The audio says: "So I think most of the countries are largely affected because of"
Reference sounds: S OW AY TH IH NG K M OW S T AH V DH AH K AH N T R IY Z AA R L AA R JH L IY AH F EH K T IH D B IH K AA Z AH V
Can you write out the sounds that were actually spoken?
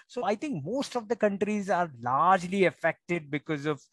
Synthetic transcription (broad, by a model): S OW AY T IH NG K M OW S T AH V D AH K AH N T R IY Z AA R L AA R JH L IY AH F EH K T IH D B IH K AA Z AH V